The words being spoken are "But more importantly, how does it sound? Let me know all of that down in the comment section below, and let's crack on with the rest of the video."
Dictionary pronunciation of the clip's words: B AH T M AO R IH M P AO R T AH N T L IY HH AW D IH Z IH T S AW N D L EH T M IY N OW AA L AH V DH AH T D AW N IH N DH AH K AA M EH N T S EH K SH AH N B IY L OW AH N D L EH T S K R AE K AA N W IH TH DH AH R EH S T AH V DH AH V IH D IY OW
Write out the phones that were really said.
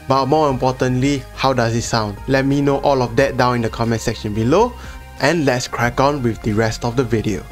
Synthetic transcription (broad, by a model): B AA T M AO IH M P AO T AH N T L IY HH AW D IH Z IH T S AW N D L EH T M IY N OW AA L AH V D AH T D AW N IH N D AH K AA M EH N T S EH K SH AH N B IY L OW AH N L EH T S K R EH K AA N W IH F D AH R EH S T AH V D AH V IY D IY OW